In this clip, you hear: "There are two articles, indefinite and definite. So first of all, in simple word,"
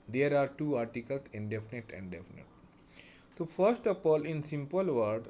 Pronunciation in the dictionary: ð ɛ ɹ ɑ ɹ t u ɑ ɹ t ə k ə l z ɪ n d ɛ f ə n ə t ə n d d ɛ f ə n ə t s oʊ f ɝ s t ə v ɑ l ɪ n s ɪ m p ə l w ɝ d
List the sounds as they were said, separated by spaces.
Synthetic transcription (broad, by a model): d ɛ ɹ ɑ ɹ t u ɑ ɹ t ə k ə l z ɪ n d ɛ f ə n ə t ə n d d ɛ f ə n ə t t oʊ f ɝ s t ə p ɑ l ɪ n s ɪ m p ə l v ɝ d